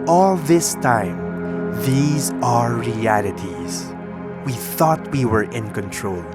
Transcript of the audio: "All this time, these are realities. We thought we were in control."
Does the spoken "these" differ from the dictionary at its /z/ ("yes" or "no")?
no